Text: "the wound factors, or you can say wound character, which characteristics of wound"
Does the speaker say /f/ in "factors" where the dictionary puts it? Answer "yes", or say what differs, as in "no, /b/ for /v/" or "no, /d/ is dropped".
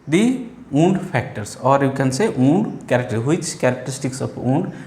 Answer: no, /p/ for /f/